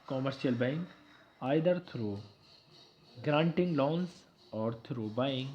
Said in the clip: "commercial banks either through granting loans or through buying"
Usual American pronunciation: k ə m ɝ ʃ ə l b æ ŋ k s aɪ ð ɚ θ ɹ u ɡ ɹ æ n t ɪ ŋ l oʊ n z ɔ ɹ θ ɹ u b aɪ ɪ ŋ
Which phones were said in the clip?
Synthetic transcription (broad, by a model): k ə m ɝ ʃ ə l b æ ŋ k aɪ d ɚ t ɹ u ɡ ɹ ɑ n t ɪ ŋ l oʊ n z ɔ ɹ t ɹ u b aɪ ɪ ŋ